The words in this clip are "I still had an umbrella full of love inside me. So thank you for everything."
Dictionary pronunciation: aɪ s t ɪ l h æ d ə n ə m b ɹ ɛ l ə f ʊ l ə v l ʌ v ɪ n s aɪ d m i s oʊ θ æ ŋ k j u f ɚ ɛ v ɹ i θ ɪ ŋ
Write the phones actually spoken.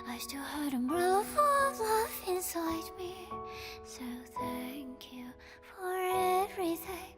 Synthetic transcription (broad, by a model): aɪ s t ɪ l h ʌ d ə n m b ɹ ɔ ə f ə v l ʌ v ɪ n s aɪ d m i s oʊ θ æ ŋ k j u f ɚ ɛ v ɹ i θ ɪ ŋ